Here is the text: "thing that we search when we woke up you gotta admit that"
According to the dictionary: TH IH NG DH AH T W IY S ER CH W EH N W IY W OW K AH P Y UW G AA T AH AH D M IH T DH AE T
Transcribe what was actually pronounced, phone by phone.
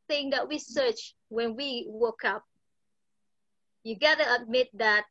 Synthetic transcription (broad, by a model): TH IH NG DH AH T W IY S ER CH W EH N W IY W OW K AH P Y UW G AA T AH AH D M IH T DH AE T